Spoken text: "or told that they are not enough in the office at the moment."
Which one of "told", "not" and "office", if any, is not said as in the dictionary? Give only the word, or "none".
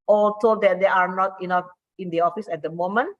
told